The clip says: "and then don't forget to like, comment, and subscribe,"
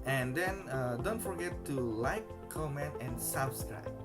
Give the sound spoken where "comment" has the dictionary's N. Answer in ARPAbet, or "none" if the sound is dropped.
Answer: N